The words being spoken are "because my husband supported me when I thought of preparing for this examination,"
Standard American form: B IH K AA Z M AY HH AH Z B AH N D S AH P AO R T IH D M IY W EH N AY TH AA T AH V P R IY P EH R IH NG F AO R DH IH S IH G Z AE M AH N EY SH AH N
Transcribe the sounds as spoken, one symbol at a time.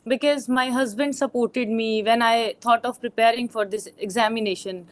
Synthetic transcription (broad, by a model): B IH K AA Z M AY HH AH Z B AH N D S AH P AO R T IH D M IY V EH N AY T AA T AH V P R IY P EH R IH NG F AO R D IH S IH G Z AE M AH N EY SH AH N